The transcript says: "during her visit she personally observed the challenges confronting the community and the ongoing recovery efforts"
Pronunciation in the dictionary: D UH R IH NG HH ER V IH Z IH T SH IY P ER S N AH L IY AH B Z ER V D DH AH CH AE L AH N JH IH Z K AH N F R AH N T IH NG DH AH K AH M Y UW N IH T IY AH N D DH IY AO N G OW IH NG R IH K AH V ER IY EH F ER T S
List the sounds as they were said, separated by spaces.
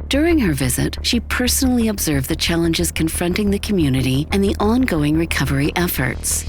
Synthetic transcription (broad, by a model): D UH R IH NG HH ER V IH Z IH T SH IY P ER S N L IY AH B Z ER V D DH AH CH AE L AH N JH IH Z K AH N F R AH N T IH NG DH AH K AH M Y UW N IH T IY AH N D DH IY AO N G OW IH NG R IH K AH V ER IY EH F ER T S